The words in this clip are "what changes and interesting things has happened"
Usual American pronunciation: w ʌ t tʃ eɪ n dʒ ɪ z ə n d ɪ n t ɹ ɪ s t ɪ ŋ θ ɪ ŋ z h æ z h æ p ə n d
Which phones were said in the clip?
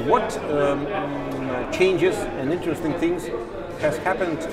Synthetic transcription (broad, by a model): w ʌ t tʃ eɪ n dʒ ɪ z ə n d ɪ n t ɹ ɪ s t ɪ ŋ θ ɪ ŋ z h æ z h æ p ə n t